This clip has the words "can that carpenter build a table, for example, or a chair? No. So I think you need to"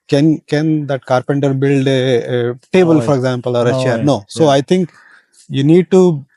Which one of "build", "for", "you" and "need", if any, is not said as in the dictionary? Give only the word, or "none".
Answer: none